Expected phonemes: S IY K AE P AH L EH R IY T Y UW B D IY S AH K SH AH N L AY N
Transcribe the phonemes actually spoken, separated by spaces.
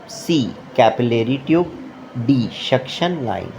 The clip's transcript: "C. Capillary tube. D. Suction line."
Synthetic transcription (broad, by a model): S IY K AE P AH L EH R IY T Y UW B D IY SH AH K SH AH N L AY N